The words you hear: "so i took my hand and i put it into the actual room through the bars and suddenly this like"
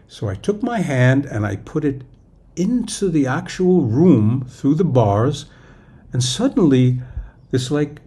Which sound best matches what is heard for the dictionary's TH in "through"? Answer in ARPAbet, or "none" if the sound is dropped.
TH